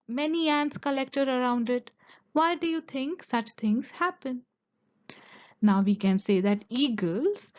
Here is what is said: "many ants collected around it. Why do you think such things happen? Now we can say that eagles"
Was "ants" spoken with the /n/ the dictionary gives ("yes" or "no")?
yes